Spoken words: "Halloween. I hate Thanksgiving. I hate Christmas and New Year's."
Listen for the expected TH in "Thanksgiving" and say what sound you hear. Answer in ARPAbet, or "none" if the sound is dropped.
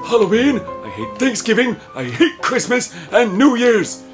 TH